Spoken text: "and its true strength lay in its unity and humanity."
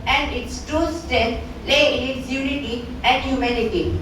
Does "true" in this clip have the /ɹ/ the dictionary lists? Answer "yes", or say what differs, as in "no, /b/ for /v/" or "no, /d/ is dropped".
no, /ɹ/ is dropped